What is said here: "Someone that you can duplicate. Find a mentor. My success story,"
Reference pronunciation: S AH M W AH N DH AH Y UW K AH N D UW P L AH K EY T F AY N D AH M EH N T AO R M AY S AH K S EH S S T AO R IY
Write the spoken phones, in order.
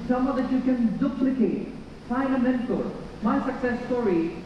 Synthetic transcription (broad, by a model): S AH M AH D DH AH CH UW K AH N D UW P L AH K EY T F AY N AH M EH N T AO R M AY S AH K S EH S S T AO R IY